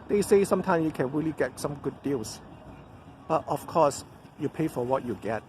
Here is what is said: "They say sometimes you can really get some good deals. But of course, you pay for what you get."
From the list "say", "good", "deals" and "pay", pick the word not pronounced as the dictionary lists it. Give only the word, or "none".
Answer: deals